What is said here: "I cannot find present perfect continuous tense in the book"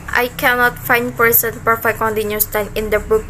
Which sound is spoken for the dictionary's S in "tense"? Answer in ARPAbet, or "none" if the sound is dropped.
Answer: none